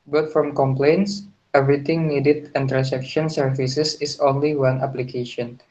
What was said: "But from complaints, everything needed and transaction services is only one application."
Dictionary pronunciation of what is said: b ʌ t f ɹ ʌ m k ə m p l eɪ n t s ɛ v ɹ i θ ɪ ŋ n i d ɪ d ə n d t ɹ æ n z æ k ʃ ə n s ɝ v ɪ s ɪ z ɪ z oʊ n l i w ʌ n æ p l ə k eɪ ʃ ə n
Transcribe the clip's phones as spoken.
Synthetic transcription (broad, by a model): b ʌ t f ɹ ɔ m k ə m p l eɪ n t s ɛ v ɹ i t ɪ ŋ n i d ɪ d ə n t ɹ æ n s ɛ k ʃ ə n s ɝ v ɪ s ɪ s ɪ s oʊ n l i w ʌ n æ p l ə k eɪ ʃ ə n